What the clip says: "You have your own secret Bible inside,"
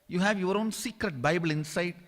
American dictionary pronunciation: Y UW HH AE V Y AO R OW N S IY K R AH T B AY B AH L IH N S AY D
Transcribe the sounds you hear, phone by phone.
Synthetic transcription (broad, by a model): Y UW HH AE V Y AO R OW N S IY K R AH T B AY B AH L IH N S AY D